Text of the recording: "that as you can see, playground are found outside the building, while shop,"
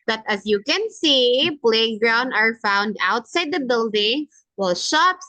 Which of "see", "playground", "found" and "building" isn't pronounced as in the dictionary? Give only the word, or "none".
none